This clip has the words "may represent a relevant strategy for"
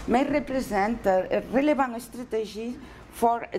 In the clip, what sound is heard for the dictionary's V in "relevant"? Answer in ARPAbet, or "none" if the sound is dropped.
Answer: B